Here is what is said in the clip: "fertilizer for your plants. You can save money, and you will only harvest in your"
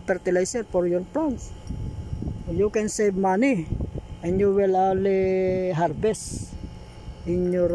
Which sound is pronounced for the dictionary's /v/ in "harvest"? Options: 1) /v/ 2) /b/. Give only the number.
2